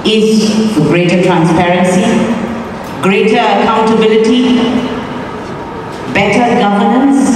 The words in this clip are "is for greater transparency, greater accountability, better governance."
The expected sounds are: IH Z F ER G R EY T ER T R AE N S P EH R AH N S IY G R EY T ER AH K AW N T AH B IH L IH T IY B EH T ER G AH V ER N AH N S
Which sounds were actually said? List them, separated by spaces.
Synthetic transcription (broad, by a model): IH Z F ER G R EY T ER T R AE N S P EH R AH N S IY G R EY T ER AH K AW N T AH B IH L IH T IY B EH T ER G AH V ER N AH N S